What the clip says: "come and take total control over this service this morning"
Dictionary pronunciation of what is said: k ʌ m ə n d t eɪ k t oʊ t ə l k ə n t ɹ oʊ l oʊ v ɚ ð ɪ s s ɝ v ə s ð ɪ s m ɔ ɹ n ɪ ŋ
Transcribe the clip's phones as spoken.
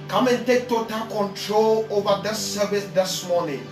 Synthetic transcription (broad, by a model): k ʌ m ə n t eɪ k t oʊ t ə l k ə n t ɹ oʊ l oʊ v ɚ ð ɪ s s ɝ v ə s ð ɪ s m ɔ n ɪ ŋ